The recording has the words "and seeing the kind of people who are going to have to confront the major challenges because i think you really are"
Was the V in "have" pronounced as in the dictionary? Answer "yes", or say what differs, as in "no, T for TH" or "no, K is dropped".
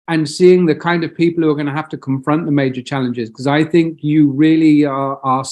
no, F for V